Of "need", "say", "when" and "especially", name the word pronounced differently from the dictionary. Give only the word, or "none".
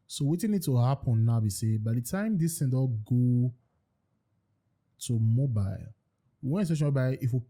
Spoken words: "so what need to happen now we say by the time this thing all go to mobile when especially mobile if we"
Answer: especially